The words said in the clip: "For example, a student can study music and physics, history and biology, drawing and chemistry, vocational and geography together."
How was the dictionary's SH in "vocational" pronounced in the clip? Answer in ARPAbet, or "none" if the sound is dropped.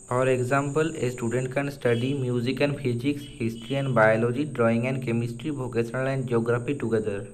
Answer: S